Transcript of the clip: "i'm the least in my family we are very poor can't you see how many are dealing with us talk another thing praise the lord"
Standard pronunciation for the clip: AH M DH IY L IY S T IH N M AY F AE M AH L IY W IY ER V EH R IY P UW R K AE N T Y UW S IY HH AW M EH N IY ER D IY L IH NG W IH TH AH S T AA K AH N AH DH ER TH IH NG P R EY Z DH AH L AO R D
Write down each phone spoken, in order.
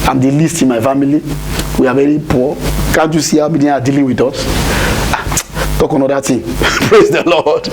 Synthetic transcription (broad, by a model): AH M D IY L IY S T IH N M AY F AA M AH L IY W IY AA V EH R IY P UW K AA N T Y UW S IY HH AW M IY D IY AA D IY L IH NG W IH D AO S T AA K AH N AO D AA T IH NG P R EY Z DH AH L AO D